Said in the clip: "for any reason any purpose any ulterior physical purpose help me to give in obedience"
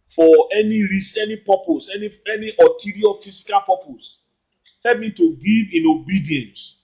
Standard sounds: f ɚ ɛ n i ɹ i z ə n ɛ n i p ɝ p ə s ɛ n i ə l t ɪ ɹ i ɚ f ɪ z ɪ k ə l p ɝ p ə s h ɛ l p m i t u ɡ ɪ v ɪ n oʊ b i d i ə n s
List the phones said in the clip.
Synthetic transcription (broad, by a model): f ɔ ɛ n i ɹ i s ɛ n i p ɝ p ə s ɛ n i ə n t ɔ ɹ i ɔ f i s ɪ k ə l p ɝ p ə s h ɛ l p m i t u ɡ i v ɪ n oʊ b i d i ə n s